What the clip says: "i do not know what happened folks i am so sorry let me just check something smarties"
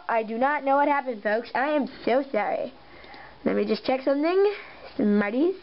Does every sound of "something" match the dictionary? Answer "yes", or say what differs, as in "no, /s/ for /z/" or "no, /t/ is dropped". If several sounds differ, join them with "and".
yes